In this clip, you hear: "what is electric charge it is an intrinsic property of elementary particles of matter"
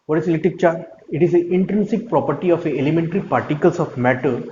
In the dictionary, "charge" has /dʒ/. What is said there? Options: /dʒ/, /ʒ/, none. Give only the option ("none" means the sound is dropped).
none